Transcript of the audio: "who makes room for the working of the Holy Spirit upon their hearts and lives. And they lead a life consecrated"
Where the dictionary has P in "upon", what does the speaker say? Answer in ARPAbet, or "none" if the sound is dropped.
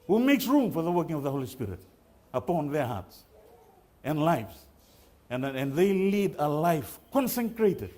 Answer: P